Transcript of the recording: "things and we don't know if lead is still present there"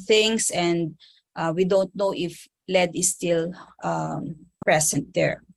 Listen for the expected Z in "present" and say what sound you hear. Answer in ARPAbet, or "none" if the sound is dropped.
S